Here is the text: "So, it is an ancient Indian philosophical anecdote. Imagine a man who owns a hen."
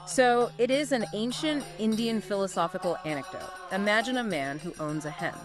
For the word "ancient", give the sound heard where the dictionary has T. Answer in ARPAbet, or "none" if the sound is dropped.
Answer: T